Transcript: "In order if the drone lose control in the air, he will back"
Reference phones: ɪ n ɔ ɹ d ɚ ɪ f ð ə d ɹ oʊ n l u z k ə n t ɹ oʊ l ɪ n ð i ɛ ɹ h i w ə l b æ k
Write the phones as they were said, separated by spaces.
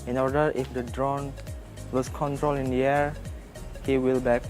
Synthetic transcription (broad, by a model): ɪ n ɔ ɹ d ɚ ɪ f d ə d ɹ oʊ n w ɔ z k ə n t ɹ oʊ l ɪ n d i ɛ ɹ h i w ə l b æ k